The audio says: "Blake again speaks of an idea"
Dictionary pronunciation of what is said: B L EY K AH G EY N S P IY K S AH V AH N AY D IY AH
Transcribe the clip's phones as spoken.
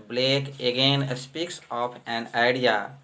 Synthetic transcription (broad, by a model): B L EY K AH G EY N S P IY K S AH P AH N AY D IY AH